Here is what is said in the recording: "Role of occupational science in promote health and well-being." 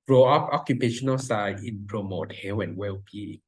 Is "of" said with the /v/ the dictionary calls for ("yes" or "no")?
no